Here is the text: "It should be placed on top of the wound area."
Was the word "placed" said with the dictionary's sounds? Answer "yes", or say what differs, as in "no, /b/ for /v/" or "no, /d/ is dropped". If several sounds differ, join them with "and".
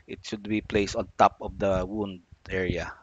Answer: yes